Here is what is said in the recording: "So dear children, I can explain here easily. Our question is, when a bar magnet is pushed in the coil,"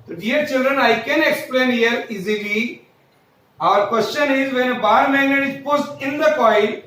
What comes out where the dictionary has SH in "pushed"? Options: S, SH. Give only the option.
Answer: S